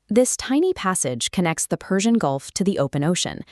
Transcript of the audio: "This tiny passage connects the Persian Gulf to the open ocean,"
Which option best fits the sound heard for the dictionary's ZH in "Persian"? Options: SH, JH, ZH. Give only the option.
ZH